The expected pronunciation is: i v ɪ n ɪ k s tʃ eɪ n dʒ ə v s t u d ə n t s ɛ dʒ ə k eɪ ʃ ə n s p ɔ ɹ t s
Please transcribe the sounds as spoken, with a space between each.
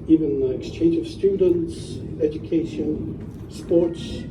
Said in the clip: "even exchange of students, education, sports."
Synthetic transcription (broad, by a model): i v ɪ n ɪ k s tʃ eɪ n dʒ ə v s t u d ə n t s ɛ dʒ ə k eɪ ʃ ə n s p ɔ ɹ t s